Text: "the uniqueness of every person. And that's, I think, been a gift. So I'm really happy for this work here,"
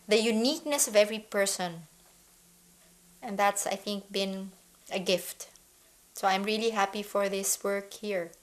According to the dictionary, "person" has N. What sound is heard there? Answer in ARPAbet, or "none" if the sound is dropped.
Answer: N